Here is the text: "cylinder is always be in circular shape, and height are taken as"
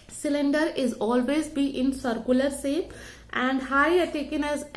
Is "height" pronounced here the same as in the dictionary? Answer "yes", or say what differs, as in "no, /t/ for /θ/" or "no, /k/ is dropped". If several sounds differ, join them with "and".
no, /t/ is dropped